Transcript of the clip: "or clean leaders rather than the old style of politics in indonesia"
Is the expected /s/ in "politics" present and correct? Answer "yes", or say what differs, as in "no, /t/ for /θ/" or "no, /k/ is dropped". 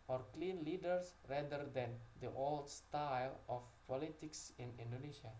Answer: yes